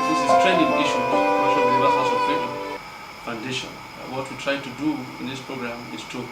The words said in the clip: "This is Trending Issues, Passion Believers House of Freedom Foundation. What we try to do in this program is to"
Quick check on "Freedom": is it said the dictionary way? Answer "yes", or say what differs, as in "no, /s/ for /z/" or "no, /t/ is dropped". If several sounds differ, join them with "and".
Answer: no, /ɹ/ is dropped